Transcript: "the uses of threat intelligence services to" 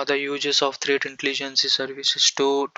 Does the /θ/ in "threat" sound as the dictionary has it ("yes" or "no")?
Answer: no